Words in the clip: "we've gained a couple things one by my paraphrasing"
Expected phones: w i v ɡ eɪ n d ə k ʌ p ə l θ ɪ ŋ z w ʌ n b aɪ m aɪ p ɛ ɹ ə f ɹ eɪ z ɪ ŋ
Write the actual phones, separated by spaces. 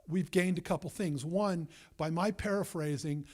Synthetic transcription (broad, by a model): w i v ɡ eɪ n d ə k ʌ p l θ ɪ ŋ z w ʌ n b aɪ m aɪ p ɛ ɹ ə f ɹ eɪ z ɪ ŋ